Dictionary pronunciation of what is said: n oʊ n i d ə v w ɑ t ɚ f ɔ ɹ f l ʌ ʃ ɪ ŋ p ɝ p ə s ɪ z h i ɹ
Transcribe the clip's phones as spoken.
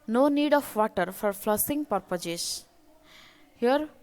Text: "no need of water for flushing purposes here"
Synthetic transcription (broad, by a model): n oʊ n i d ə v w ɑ t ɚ f ɔ ɹ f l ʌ s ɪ ŋ p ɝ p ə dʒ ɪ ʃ h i ɹ